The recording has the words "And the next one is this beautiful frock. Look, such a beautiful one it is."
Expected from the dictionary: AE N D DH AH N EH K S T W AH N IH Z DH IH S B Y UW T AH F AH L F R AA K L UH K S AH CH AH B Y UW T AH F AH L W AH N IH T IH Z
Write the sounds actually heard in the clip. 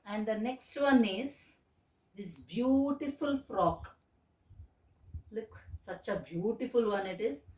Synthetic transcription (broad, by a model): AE N D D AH N EH K S T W AH N IH Z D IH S B Y UW T AH F AH L F R AA K L UH K S AH CH AH B Y UW T AH F AH L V AH N IH T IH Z